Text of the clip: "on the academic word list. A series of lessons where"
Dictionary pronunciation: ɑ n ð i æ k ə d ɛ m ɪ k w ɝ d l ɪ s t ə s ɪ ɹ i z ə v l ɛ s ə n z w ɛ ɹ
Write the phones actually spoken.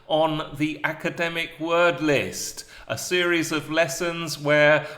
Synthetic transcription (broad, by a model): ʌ n ð i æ k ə d ɛ m ɪ k w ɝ d l ɪ s t ə s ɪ ɹ i z ə v l ɛ s ə n z w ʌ ɹ